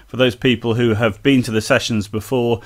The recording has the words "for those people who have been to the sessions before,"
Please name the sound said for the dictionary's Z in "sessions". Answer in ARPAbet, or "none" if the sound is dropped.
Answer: Z